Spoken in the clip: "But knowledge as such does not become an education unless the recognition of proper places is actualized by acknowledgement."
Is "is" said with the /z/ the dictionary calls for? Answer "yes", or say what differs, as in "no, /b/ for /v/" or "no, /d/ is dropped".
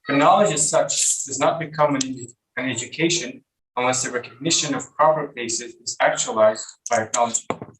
yes